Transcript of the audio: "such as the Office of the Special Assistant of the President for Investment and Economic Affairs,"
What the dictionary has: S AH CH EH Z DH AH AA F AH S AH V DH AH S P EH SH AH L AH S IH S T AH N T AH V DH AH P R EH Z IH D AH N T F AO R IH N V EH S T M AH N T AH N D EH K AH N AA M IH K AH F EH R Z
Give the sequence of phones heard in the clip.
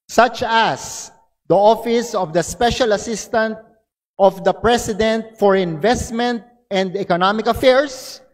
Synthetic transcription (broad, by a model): S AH CH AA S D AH AA F AH S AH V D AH S P EH SH AH L AH S IH S T AH N T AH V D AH P R EH S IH D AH N T F AO R IH N V EH S T M AH N T AH N D EH K AH N AA M IH K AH F EH R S